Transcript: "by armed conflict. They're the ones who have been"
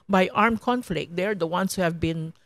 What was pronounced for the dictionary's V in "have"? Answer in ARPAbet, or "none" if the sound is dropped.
V